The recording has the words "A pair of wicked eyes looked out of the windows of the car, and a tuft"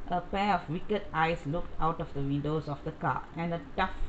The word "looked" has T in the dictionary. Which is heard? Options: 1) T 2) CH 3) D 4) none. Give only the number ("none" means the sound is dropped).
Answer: 1